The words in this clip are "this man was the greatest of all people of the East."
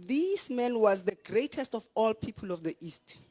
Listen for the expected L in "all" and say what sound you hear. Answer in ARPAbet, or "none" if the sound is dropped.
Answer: L